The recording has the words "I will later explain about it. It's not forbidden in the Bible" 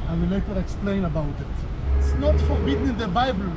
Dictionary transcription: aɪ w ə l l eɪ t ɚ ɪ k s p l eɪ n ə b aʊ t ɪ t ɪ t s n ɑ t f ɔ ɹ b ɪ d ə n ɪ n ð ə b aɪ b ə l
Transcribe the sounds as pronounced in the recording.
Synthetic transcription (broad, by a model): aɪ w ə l w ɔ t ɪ k s p l eɪ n ə b aʊ t ɪ t ɪ t s n ɑ t f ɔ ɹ b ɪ d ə n ɪ n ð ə b aɪ b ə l